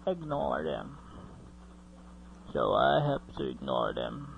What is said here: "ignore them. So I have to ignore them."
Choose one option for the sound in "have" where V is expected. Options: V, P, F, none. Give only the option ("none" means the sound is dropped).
P